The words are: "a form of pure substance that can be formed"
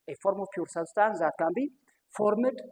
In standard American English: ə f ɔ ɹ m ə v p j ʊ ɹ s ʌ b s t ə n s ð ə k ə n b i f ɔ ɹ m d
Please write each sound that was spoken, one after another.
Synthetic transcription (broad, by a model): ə f ɔ ɹ m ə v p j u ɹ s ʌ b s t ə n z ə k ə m b i f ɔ ɹ m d